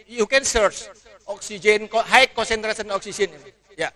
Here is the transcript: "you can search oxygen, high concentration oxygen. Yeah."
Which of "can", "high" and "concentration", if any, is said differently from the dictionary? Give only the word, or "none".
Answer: concentration